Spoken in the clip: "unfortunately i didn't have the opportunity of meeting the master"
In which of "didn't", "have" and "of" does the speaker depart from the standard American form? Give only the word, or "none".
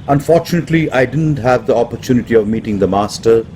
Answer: none